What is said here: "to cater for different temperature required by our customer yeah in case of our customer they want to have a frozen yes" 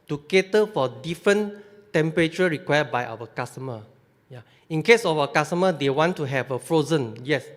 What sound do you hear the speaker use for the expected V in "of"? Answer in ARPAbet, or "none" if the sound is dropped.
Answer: F